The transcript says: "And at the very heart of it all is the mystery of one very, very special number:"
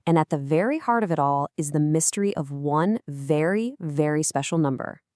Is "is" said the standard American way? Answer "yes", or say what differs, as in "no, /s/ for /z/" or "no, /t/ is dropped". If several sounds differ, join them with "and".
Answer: yes